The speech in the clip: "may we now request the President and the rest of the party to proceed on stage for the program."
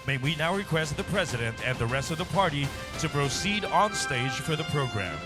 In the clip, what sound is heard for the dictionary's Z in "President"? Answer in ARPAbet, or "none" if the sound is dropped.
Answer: Z